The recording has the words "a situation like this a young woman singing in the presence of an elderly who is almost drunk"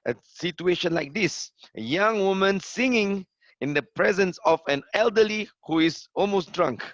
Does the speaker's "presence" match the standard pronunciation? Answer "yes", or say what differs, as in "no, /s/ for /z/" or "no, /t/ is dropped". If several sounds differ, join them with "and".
yes